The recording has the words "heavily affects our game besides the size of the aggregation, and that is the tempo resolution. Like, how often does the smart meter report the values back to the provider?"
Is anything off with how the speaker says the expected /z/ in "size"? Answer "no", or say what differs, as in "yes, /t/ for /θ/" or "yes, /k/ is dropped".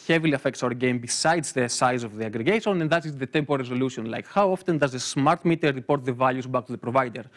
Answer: no